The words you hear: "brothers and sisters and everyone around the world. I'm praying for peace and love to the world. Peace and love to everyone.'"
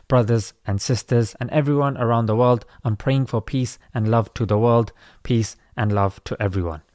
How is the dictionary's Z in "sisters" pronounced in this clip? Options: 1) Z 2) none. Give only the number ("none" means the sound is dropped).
1